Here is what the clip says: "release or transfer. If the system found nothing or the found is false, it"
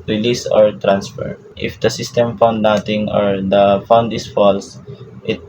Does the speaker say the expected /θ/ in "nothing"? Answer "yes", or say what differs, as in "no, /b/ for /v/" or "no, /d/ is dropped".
no, /t/ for /θ/